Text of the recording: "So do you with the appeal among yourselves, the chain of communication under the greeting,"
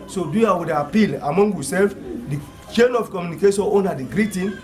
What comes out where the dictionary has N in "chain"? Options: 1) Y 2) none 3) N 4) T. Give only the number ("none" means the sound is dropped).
3